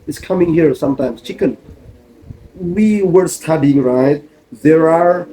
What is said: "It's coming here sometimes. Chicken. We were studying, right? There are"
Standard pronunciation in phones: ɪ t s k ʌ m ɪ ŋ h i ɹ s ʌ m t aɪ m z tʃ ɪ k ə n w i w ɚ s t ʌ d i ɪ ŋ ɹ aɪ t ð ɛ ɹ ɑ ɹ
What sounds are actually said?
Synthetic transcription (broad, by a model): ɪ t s k ʌ m ɪ ŋ h i ɹ s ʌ m t aɪ m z tʃ ɪ k ə n w i w ɚ s t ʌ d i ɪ ŋ ɹ aɪ t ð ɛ ɹ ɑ ɹ